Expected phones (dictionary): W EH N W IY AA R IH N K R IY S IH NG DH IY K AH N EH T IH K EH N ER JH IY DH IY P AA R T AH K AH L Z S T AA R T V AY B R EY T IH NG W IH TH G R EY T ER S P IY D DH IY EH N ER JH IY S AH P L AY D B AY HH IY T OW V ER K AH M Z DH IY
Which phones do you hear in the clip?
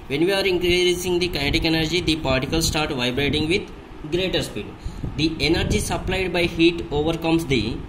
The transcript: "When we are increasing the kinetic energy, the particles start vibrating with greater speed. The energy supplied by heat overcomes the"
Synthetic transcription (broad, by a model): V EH N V IY AA R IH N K R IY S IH NG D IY K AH IH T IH K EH N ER JH IY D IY P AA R T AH K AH L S S T AA R T V AY B R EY T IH NG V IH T G R EY T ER S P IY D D IY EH N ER JH IY S AH P L AY D B AY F IY T OW V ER K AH M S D IY